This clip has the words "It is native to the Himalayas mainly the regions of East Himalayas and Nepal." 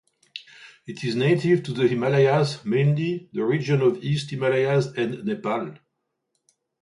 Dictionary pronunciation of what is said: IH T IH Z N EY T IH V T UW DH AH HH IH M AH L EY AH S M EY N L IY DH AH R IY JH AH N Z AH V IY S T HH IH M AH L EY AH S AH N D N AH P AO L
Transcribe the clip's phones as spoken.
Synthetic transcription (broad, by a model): IH T IH Z N EY T IH V T UW DH AH HH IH M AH L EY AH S M EY N L IY DH AH R IY JH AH N AH V IY S T HH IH M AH L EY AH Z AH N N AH P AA L